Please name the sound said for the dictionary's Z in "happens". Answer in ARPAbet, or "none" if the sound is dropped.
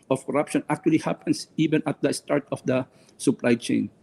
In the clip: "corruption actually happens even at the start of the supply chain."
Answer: S